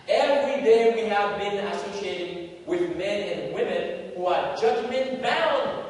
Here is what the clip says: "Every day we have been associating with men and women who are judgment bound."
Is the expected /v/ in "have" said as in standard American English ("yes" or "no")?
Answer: yes